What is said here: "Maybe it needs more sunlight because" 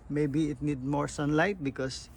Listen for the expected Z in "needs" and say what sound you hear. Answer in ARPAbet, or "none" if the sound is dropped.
none